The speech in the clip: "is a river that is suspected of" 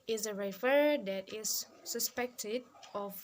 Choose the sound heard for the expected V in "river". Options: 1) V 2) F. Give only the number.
2